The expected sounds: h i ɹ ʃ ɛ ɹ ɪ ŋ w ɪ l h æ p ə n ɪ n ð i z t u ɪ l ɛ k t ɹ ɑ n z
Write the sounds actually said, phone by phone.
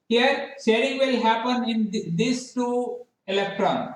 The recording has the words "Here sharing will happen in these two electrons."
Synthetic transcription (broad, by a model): h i ɹ s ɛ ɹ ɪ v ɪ l h æ p ə n ɪ n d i s t u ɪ l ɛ k t ɹ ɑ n